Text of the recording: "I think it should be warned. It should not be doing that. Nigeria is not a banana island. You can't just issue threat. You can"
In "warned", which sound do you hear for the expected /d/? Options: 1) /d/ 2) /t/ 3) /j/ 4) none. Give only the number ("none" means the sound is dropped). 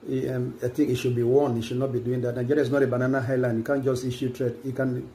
4